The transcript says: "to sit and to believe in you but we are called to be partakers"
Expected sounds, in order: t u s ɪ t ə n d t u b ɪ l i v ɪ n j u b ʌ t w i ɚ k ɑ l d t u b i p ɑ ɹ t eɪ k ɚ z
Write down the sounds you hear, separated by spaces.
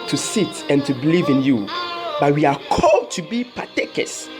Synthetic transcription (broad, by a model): t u s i t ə n t u b ɪ l i v ɪ n j u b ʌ t w i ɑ k ɑ l d t u b i p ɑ t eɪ k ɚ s